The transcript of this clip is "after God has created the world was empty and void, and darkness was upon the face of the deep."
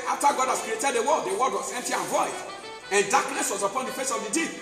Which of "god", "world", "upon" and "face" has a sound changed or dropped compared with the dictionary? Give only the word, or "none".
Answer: world